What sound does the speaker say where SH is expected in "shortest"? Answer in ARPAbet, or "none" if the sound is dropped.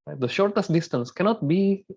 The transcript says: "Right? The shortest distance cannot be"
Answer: SH